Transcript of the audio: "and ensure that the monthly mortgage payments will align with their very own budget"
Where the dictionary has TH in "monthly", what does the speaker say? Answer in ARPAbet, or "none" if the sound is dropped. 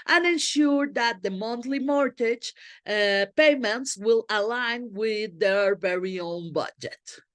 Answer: T